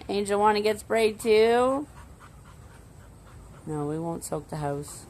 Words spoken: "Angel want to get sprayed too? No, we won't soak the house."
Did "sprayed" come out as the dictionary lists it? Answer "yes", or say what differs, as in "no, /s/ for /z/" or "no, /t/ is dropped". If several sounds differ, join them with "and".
no, /b/ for /p/